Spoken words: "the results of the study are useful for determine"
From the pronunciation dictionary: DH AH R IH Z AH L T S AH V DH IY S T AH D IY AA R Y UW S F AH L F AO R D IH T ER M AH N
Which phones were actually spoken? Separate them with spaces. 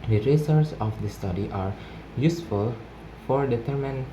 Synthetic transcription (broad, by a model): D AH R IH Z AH T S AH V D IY S T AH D IY AA R Y UW S F AH L F AO R D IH T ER M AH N